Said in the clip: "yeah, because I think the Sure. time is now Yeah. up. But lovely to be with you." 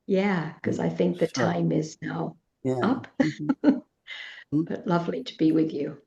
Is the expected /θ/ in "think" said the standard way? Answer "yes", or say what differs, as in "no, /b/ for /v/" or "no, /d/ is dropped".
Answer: yes